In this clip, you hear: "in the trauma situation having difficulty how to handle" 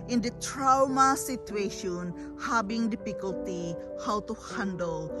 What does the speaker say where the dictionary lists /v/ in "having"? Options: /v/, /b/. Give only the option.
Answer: /b/